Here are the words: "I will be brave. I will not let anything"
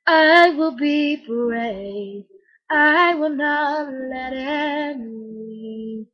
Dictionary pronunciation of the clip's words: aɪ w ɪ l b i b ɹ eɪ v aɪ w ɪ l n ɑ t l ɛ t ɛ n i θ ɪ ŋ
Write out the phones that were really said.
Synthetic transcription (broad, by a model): aɪ w ɪ l b i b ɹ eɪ aɪ w ɪ l n ɑ t l ɛ t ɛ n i